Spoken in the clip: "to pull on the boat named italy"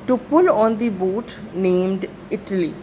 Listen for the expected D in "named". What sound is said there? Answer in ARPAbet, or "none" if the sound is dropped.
D